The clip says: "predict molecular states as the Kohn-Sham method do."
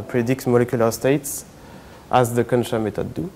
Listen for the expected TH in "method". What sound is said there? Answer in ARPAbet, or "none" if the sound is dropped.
T